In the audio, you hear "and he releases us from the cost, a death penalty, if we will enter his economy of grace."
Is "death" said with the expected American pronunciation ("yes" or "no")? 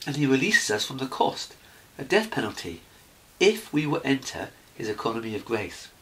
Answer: yes